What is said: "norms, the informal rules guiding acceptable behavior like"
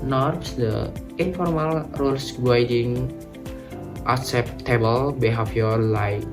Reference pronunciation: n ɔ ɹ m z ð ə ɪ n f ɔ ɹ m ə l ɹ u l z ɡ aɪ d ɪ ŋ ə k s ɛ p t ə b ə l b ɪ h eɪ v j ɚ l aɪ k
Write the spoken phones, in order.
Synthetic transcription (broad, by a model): n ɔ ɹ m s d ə ɪ n f ɔ ɹ m ə l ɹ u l s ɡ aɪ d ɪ ŋ ə k s ɛ p t ə b ə l b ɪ h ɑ f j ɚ l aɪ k